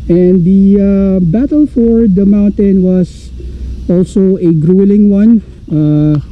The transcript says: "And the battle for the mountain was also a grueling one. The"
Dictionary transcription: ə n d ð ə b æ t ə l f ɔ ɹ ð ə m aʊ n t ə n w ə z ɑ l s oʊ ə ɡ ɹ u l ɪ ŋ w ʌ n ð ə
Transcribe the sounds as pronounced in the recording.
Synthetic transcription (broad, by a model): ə n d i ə b æ t ə l f ɔ ɹ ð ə m aʊ n t ə n w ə s ɑ l s oʊ ə ɡ ɹ u l ɪ ŋ w ʌ n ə